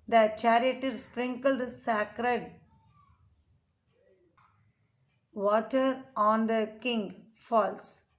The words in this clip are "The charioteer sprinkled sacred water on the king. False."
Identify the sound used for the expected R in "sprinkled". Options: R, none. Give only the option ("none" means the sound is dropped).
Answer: R